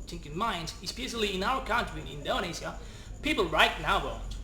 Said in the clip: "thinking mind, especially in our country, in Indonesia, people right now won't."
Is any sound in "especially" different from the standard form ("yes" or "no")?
yes